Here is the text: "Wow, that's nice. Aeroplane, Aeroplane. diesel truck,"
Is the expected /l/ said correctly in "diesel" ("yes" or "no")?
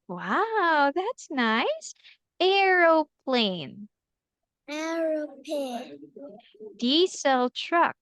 yes